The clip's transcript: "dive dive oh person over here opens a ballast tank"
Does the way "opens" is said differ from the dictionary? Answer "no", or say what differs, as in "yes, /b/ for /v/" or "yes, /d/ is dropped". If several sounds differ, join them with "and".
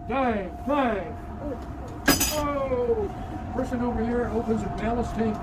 no